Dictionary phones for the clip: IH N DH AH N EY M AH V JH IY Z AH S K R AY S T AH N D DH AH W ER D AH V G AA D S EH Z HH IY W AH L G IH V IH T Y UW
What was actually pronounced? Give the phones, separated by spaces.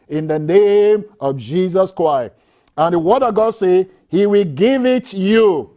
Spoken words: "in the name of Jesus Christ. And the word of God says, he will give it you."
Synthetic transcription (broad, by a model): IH N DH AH N EY M AH V JH IY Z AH S K R AY S T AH N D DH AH W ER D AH G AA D S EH HH IY W AH L G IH V IH T Y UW